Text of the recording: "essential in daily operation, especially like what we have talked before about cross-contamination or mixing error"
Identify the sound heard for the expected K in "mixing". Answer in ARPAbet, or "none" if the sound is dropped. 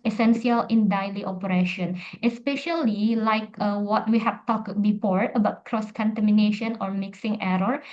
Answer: K